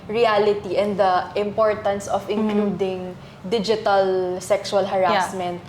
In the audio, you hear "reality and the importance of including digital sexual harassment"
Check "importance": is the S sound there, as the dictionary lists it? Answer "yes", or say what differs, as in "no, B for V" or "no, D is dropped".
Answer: yes